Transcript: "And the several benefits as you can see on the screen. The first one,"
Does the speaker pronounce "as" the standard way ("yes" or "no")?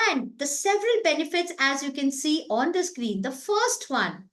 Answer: yes